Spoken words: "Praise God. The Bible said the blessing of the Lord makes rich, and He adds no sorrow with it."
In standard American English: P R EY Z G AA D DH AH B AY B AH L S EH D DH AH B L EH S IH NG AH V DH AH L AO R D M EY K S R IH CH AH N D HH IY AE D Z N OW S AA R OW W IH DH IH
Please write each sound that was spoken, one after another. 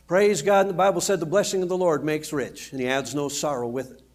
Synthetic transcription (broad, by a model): P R EY Z G AA D DH AH B AY B L S EH D DH AH B L EH S IH NG AH V DH AH L AO R D M EY K S R IH CH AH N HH IY AE D Z N OW S AA R OW W IH DH